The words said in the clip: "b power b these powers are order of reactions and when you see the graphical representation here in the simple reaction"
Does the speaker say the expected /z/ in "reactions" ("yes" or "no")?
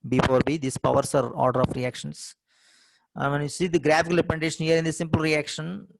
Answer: no